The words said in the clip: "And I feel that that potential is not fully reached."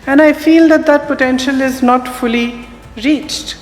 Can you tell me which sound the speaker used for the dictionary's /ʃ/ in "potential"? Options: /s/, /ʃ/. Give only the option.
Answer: /ʃ/